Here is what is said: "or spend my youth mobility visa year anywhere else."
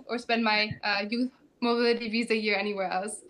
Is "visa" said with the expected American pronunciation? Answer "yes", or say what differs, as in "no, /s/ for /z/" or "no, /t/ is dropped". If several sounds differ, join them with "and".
yes